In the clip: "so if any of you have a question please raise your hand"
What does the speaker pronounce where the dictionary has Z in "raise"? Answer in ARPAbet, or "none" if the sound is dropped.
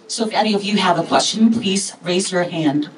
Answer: Z